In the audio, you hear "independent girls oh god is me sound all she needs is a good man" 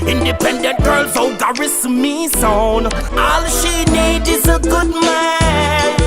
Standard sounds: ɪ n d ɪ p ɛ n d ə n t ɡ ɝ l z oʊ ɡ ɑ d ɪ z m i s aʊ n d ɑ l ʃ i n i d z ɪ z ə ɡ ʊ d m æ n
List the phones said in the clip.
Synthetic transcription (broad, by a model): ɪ n d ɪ p ɛ n d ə n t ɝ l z oʊ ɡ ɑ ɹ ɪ s m i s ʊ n ɑ l ʃ i n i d ɪ z ə ɡ ʊ d m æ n